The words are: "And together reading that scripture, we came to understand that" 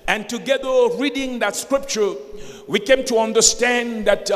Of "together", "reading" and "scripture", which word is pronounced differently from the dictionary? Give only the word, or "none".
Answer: none